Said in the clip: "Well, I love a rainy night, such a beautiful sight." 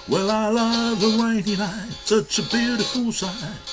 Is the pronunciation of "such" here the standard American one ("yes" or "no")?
no